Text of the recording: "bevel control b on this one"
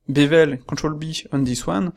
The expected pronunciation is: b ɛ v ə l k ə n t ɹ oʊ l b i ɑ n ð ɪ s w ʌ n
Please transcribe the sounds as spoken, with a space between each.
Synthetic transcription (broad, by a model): b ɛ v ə l k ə t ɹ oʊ l b i ɑ n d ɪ s w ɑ n